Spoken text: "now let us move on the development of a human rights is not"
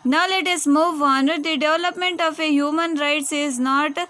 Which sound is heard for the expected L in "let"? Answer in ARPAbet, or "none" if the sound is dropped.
L